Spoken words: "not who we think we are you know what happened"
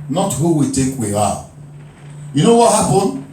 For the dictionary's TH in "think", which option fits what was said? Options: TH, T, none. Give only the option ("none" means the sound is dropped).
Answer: T